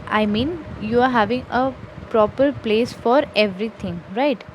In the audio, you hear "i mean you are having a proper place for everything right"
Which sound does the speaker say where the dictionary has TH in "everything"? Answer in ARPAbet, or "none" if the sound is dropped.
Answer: T